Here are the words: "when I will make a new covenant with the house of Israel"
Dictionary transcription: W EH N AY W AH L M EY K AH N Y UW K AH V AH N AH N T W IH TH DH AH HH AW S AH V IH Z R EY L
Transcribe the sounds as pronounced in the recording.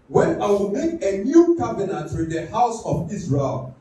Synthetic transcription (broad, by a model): W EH N AY W AH L M EY K AH N Y UW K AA B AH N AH T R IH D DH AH HH AW S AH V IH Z R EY L